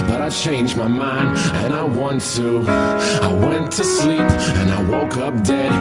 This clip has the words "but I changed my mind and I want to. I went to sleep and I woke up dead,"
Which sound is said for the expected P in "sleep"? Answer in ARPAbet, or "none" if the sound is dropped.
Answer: P